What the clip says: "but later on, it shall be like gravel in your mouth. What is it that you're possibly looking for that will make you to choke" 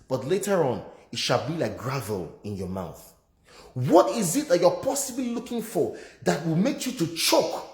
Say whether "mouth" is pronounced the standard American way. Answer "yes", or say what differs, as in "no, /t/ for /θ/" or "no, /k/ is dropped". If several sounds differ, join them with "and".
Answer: yes